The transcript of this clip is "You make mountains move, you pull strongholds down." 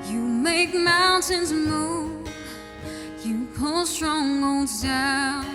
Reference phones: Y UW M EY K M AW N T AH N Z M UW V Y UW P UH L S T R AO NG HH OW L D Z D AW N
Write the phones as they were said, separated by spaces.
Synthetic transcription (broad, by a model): Y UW M EY K M AW N T AH N Z M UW Y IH P UH L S T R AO NG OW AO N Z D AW